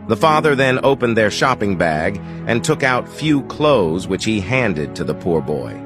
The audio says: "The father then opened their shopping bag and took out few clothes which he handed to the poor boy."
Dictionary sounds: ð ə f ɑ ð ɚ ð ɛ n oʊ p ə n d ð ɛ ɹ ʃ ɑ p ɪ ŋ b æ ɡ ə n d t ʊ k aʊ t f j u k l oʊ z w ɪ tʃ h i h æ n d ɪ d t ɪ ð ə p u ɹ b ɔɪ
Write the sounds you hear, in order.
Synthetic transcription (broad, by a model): ð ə f ɑ ð ɚ ð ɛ n oʊ p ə n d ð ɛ ɹ ʃ ɑ p ɪ ŋ b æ ɡ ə n t ʊ k aʊ t f j u k l oʊ z w ɪ tʃ h i h æ n d ɪ d t ɪ ð ə p u ɹ b ɔɪ